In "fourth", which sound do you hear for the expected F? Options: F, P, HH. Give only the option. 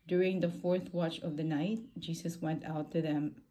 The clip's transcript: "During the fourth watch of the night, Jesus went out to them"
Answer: F